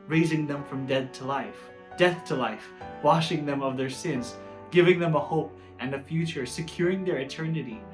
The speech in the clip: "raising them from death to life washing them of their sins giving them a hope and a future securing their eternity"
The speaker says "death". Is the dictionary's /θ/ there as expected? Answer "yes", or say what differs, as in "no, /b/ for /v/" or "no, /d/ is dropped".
yes